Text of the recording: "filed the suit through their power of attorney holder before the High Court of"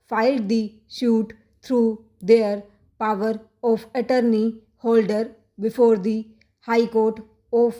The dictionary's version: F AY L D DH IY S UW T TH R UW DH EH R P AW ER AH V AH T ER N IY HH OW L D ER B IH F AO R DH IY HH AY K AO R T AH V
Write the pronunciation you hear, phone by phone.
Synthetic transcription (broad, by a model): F AY L D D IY SH UW T T R UW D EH R P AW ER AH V AH T ER N IY HH OW L D ER B IH F AO R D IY HH AY K AO R T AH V